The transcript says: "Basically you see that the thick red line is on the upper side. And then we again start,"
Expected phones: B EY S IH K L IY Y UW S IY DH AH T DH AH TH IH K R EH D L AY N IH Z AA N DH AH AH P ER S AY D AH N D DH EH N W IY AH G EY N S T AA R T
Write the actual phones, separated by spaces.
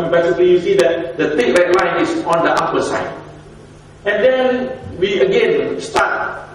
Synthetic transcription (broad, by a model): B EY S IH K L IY Y UW S IY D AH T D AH T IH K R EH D L AY N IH S AA N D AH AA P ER S AY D AH N D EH N W IY AH G EY N S T AA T